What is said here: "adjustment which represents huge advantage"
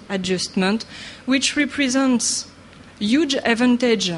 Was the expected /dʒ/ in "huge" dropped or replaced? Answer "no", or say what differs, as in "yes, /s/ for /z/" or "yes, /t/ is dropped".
no